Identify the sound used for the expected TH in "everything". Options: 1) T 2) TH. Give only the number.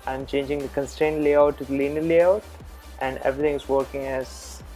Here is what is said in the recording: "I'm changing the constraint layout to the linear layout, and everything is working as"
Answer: 1